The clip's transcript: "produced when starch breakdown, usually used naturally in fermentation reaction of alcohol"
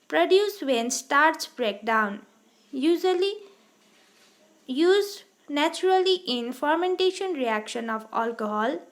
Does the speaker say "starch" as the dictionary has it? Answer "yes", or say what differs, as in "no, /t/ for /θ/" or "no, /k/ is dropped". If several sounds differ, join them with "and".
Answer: no, /s/ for /tʃ/